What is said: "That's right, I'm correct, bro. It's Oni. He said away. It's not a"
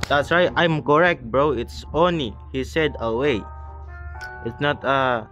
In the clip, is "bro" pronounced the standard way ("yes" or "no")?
yes